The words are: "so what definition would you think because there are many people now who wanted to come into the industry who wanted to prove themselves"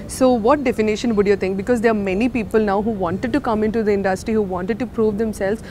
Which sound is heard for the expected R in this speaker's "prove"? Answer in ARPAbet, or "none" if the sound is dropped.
R